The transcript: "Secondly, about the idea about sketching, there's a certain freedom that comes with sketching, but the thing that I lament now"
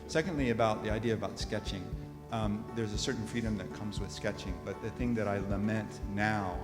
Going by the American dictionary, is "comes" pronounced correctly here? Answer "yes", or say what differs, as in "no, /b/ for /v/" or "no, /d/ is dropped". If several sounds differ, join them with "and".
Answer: yes